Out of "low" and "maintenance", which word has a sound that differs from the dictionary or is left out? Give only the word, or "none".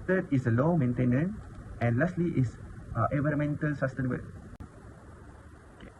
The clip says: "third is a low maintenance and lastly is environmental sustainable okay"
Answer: maintenance